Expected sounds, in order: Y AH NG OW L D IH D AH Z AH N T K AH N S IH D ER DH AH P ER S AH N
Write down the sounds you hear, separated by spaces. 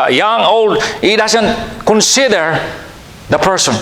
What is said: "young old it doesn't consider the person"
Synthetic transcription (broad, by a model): Y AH NG OW L D IH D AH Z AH N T K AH N S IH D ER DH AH P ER S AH N